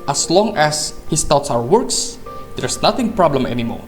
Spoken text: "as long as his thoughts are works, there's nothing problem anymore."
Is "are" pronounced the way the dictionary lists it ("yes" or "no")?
no